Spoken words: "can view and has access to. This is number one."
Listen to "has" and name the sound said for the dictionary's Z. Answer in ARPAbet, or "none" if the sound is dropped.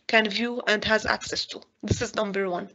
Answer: Z